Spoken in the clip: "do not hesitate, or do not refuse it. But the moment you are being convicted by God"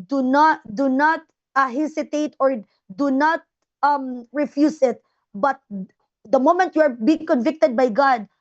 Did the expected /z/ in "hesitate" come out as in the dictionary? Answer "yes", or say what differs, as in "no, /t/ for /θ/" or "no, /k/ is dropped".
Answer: no, /s/ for /z/